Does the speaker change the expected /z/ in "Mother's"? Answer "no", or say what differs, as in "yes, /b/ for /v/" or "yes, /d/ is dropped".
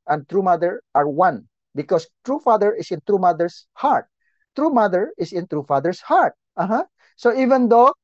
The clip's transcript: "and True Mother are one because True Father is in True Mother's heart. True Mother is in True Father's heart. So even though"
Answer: yes, /s/ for /z/